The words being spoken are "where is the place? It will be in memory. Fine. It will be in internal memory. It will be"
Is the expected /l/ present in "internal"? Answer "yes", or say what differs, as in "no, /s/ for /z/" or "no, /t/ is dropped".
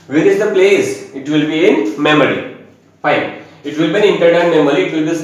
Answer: no, /n/ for /l/